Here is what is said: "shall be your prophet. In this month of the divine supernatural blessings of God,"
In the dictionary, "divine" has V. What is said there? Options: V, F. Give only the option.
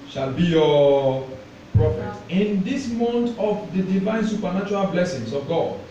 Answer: V